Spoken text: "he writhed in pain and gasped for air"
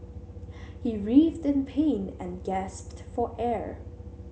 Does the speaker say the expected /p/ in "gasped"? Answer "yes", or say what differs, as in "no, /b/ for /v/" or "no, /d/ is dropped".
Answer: yes